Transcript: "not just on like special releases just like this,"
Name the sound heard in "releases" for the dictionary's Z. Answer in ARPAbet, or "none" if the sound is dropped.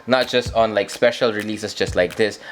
S